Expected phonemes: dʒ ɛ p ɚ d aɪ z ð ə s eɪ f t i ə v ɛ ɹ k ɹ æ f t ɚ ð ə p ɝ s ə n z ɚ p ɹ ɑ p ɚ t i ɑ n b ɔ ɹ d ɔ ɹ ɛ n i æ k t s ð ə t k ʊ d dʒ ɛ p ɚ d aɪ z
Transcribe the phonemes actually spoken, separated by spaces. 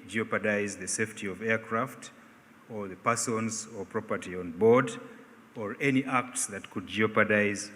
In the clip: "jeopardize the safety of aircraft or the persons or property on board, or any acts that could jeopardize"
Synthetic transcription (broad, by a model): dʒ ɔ p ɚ d aɪ z ð ə s eɪ f t i ə v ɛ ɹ k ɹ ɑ f t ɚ ð ə p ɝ s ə n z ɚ p ɹ ɑ p ɚ t i ɑ n b ɔ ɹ d ɔ ɹ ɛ n i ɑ k t s ð ə t k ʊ d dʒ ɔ p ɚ d aɪ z